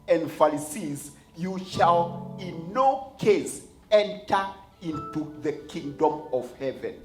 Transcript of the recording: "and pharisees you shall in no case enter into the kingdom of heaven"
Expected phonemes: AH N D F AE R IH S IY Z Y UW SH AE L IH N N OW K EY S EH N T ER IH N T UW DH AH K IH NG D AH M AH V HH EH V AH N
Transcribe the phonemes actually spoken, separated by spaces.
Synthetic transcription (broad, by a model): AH N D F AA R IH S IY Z Y UW SH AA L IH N N OW K EY S EH N T ER IH N T UW DH AH K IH NG D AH M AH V HH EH V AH N